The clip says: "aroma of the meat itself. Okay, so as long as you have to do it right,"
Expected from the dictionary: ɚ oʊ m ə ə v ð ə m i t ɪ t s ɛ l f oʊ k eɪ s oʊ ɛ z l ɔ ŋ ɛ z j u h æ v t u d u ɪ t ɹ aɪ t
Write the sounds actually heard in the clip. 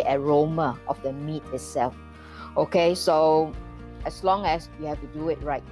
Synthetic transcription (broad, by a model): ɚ oʊ m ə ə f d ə m i t ɪ t s ɛ l f oʊ k eɪ s oʊ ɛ s l ɔ ŋ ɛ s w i h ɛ f t u d u ɪ t ɹ aɪ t